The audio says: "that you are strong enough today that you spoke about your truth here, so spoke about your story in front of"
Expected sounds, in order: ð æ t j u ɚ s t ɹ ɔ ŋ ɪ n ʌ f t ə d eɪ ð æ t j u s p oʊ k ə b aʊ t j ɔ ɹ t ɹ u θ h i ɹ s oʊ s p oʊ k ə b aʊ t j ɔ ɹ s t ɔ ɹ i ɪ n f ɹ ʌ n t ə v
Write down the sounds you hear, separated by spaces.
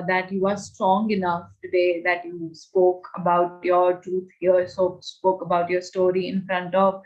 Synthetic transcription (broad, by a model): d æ t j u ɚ s t ɹ ɔ ŋ ɪ n ʌ f t ə d eɪ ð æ t j u s p oʊ k ə b aʊ t j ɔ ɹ t ɹ u t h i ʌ s oʊ s p oʊ k ə b aʊ t j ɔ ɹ s t ɔ ɹ i ɪ n f ɹ ʌ n t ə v